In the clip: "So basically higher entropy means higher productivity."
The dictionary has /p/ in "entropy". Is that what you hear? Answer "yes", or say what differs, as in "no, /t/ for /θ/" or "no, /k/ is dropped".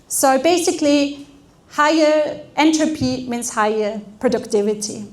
yes